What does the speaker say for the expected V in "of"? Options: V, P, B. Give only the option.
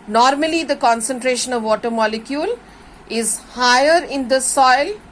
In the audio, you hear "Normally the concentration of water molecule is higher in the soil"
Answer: V